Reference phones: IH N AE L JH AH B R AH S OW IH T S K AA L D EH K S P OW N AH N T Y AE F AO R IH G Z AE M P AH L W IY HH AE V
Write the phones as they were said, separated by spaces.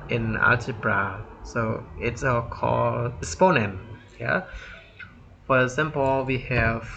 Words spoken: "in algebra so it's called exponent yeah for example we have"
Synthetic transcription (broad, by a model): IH N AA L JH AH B R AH S OW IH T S K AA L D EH S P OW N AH N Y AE F AO R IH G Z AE M P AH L W IY HH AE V